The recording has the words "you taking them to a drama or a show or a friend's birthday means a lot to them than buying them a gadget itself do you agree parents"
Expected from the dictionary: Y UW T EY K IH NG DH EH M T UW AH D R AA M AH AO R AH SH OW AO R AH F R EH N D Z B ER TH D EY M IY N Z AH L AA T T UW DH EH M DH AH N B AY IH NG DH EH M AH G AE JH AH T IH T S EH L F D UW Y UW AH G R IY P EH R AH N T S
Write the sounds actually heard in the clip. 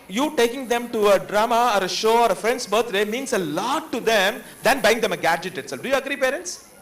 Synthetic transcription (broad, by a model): Y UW T EY K IH NG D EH M T UW AH D R AA M AH AO R AH SH OW AO R AH F R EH N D S B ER T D EY M IY N S AH L AA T T UW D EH M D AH N B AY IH NG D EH M AH G AE JH AH T IH T S EH L F D UW Y UW AH G R IY P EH R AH N T S